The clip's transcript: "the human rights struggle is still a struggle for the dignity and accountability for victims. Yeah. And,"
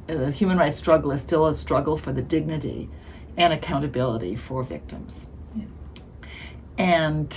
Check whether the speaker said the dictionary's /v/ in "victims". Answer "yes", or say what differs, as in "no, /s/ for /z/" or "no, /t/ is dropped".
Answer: yes